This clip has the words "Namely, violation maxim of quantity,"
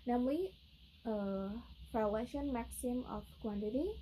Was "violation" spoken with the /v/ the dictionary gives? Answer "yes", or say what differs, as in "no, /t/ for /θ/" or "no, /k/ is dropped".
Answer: no, /p/ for /v/